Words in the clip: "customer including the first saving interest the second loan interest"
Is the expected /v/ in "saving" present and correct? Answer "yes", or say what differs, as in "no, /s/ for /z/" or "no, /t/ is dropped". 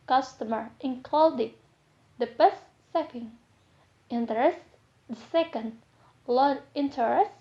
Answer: no, /p/ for /v/